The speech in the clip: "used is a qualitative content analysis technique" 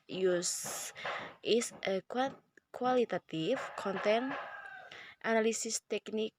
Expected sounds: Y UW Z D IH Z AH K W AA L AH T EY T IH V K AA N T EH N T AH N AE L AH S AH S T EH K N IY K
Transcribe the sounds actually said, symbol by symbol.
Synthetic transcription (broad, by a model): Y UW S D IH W AH K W AA L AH T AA T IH F K AA N T EH N T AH N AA L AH S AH S T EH K N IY K